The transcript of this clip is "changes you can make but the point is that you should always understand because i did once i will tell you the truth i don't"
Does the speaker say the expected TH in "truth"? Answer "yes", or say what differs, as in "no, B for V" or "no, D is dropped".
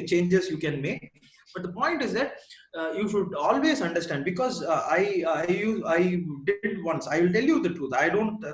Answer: no, T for TH